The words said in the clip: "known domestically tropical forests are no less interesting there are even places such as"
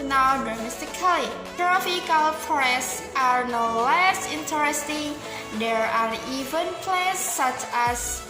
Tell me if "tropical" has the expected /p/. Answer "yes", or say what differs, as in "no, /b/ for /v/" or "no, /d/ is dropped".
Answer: no, /f/ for /p/